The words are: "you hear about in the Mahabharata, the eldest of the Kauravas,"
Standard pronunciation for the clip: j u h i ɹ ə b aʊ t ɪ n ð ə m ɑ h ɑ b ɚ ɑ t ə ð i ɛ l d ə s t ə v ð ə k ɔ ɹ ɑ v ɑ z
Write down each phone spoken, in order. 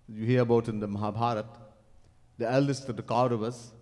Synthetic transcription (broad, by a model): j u h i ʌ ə b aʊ t ɪ n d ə m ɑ h ɑ b ɑ t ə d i ɛ l d ə s t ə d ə k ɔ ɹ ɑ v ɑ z